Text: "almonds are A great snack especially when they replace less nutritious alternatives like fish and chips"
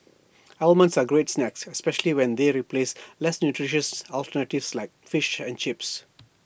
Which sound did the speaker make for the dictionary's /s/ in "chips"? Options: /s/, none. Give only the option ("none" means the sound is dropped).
/s/